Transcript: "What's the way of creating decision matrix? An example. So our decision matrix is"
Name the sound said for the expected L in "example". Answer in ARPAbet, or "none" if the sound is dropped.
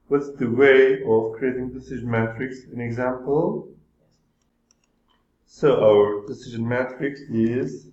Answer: L